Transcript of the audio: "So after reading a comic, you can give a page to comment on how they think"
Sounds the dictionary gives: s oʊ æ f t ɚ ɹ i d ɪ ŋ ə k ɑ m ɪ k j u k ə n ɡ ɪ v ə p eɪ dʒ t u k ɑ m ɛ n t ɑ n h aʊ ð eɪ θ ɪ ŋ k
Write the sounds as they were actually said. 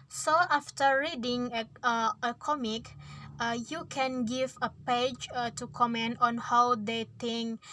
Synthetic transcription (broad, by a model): s oʊ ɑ f t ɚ ɹ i d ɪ ŋ ə k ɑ m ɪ k j u k ə n ɡ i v ə p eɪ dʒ t u k ɑ m ɛ n t ɑ n h aʊ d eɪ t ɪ ŋ k